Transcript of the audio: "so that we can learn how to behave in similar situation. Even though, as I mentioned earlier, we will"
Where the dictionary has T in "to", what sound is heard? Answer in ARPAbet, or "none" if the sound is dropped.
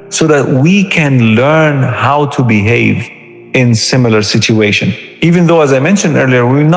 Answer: T